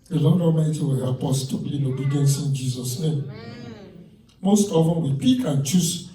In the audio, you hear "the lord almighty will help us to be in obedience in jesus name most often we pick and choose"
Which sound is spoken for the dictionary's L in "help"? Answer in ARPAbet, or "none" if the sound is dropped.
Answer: none